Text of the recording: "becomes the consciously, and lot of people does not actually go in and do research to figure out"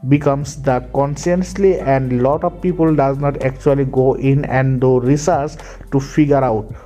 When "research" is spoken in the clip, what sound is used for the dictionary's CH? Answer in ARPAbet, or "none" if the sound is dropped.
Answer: S